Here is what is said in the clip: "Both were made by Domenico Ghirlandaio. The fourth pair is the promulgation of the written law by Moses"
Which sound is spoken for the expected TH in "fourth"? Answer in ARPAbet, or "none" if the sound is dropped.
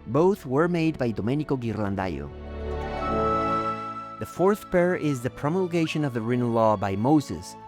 TH